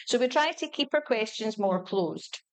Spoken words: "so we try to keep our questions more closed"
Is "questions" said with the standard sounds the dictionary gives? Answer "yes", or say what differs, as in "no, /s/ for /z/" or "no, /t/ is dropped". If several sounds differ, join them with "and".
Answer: yes